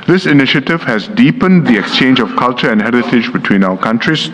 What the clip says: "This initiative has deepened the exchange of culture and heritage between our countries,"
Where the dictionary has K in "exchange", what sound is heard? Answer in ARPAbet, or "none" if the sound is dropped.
K